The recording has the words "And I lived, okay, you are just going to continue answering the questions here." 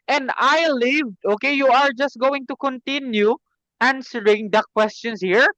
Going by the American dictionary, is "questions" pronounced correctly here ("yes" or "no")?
no